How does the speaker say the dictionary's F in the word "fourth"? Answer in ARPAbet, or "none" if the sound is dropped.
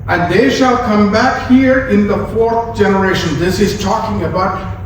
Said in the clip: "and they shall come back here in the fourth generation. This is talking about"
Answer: F